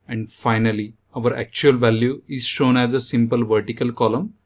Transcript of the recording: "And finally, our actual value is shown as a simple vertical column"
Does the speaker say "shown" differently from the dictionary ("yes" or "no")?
no